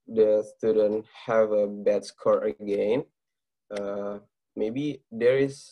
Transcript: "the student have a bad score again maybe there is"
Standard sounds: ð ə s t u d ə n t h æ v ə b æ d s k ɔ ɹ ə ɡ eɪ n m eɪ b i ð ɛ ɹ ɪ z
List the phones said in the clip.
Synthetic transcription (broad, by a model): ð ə s t u d ə n t h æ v ə b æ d s k ɔ ɹ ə ɡ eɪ n m eɪ b i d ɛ ɹ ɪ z